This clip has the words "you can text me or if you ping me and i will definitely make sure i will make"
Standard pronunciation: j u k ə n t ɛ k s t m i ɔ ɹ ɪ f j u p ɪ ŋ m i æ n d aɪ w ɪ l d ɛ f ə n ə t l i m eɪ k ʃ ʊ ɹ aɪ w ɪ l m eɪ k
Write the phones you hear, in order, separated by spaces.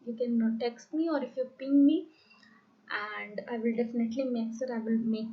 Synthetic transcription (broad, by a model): j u k ə n t ɛ k s t m i ɔ ɹ ɪ f j u p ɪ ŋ m i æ n d aɪ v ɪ l d ɛ f ə n ə t l i m eɪ k s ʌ ɹ aɪ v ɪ l m eɪ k